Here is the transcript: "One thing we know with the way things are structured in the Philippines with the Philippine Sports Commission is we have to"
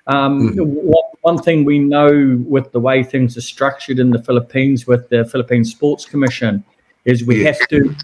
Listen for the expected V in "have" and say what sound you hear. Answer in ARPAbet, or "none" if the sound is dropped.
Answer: F